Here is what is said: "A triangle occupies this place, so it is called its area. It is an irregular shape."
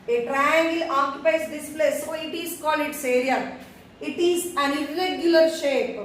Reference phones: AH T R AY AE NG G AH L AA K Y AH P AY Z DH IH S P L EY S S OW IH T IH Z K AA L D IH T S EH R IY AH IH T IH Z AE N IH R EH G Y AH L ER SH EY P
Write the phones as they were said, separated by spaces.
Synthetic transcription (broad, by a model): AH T R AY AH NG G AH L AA K Y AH P AY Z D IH S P L EY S S OW IH T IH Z K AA L IH T S EH R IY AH IH T IH Z AE N IH R EH G Y AH L ER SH EY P